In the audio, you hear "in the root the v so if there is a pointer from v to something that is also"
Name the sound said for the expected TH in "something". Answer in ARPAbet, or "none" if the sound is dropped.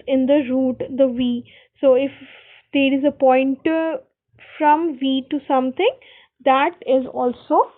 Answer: T